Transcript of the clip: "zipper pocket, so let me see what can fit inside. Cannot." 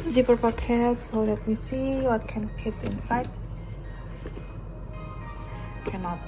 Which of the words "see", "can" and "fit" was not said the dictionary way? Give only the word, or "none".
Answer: fit